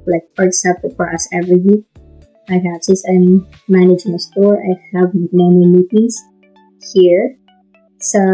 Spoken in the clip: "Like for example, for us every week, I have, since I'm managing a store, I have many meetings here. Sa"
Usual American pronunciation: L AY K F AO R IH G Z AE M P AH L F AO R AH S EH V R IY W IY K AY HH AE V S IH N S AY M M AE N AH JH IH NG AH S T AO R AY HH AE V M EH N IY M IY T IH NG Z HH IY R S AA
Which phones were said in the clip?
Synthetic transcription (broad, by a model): L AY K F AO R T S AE P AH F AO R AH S EH V R IY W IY AY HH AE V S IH S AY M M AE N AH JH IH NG AH S T AO R AY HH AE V M EH N IY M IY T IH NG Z HH IY R S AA